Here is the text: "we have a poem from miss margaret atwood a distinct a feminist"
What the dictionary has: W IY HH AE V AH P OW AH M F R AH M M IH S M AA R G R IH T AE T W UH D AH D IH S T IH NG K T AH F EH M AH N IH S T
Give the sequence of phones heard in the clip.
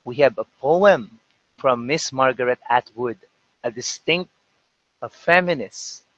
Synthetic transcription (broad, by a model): W IY HH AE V AH P OW AH M F R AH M M IH S M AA R G R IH T AE T W UH D AH D IH S T IH NG K T AH F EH M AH N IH S